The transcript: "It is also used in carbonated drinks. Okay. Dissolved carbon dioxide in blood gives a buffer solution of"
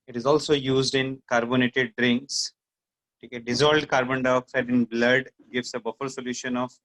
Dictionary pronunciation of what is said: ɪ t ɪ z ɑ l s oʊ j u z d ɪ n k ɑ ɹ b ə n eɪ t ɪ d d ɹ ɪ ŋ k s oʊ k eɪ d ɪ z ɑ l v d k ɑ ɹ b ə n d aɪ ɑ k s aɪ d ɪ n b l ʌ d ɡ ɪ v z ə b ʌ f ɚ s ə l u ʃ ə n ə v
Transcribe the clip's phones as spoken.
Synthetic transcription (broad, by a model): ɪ t ɪ z ɑ l s oʊ j u z d ɪ n k ɑ ɹ b ə n eɪ t ɪ d d ɹ ɪ ŋ k s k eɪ d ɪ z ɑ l d k ɑ ɹ b ə n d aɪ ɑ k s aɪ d ɪ n b l ʌ d ɡ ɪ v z ə b ʌ f ɚ s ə l u ʃ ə n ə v